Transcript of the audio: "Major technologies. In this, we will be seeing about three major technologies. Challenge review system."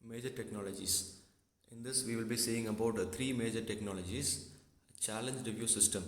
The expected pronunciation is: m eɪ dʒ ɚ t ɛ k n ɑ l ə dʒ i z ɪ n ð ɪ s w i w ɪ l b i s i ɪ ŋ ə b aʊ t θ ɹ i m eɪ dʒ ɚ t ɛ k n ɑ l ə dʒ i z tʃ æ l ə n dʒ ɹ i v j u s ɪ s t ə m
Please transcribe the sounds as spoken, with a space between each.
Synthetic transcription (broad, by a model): m eɪ dʒ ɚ t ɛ k n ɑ l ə dʒ i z ɪ n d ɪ s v i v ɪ l b i s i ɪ ŋ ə b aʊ t t ɹ i m eɪ dʒ ɚ t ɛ k n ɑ l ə dʒ i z tʃ æ l ə n dʒ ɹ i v j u s ɪ s t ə m